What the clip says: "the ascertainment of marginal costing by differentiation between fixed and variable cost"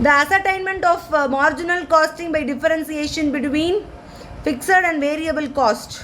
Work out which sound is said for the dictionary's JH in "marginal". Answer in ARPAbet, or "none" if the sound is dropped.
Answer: JH